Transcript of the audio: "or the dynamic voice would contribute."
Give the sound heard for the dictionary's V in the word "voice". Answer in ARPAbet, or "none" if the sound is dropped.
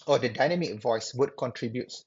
V